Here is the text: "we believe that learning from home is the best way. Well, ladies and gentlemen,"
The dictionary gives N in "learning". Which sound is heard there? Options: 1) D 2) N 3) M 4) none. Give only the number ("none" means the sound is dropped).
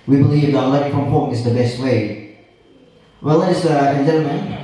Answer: 4